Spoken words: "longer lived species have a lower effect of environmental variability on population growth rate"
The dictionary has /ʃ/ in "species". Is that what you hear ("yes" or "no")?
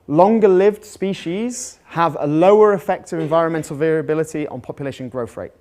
yes